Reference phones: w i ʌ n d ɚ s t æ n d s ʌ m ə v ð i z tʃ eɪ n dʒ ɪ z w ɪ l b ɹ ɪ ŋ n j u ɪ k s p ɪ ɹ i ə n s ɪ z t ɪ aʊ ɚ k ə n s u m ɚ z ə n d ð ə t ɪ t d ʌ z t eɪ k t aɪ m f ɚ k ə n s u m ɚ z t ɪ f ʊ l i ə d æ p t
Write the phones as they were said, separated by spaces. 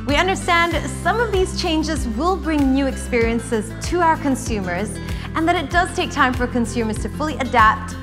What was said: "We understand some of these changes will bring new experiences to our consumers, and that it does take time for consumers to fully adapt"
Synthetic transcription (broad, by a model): w i ʌ n d ɚ s t æ n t s ʌ m ə v ð i z tʃ eɪ n dʒ ɪ z w ɪ l b ɹ ɪ ŋ n j u ɪ k s p ɪ ɹ i ə n s ɪ z t ɪ aʊ ɚ k ə n s u m ɚ z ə n ð ə t ɪ t d ʌ z t eɪ k t aɪ m f ɚ k ə n s u m ɚ z t ɪ f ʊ l i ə d æ p t